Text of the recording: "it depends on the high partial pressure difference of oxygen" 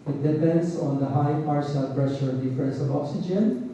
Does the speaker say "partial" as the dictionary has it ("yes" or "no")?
no